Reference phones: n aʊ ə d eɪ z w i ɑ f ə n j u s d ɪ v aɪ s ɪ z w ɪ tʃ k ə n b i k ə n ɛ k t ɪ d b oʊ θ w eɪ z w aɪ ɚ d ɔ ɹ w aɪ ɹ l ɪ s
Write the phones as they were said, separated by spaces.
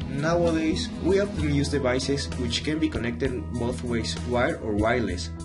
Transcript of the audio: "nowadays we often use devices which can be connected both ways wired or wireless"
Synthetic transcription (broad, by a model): n aʊ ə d eɪ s w i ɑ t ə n j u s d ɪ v aɪ s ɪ s w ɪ tʃ k ə n b i k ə n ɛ k t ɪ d b oʊ θ w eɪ s w aɪ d ɔ ɹ w aɪ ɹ l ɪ s